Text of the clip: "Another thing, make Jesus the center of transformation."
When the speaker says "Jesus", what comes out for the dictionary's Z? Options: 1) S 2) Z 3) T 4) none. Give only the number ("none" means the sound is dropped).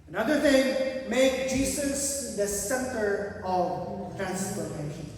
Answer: 1